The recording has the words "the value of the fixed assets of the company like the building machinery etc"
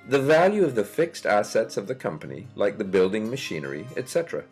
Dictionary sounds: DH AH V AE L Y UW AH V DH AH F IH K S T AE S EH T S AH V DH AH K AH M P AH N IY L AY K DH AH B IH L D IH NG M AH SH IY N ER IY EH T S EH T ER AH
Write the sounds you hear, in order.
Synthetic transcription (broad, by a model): DH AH V AE L Y UW AH V DH AH F IH K S T AE S EH T S AH V DH AH K AH M P AH N IY L AY K DH AH B IH L D IH NG M AH SH IY N ER IY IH T S EH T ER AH